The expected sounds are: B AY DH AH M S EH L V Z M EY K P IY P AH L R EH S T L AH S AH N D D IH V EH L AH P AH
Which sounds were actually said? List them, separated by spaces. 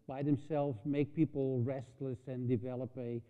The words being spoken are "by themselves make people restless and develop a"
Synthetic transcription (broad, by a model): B AY DH AH M S EH L V Z M EY K P IY P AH L R EH S T L AH S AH N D D IH V EH L AH P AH